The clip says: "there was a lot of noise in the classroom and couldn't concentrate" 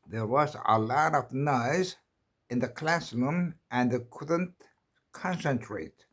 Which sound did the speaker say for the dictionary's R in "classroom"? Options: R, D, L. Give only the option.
L